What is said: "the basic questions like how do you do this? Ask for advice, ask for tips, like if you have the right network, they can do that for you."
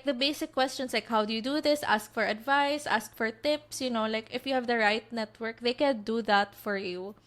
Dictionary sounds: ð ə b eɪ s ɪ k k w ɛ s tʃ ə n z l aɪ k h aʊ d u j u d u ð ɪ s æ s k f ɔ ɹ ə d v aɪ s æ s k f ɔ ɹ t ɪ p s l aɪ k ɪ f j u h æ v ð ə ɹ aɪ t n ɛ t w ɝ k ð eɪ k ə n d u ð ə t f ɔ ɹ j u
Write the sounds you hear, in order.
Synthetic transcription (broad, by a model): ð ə b eɪ s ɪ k k w ɛ s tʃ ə n s l aɪ k h aʊ d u j u d u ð ɪ s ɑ s k f ɔ ɹ ə d v aɪ s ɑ s k f ɔ ɹ t ɪ p s l aɪ k ɪ f j u h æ v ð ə ɹ aɪ t n ɛ t w ɝ k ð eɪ k ə n d u ð ə t f ɔ ɹ j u